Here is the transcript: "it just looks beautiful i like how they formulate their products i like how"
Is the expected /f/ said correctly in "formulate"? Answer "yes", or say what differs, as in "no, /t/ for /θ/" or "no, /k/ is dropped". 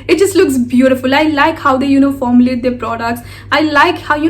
yes